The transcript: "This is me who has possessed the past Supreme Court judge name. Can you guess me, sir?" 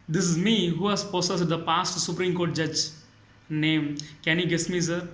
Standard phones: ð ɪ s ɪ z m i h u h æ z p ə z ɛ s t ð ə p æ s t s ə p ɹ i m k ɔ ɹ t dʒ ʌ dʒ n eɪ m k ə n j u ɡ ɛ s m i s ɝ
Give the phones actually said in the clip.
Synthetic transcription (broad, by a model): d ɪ s ɪ z m i h u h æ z p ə s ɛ s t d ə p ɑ s t s ə p ɹ i m k ɔ ɹ t dʒ ʌ dʒ n eɪ m k ə n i ɡ ɛ s m i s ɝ